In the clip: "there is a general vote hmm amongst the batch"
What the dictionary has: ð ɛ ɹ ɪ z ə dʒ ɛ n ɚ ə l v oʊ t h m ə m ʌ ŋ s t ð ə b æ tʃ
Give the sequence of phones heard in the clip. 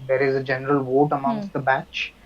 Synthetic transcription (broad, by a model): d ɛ ɹ ɪ z ə dʒ ɛ n ɚ ə l v oʊ t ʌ m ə ʊ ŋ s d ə b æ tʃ